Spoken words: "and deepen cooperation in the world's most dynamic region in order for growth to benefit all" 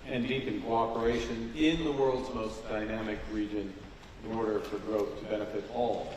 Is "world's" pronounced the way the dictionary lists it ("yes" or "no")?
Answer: yes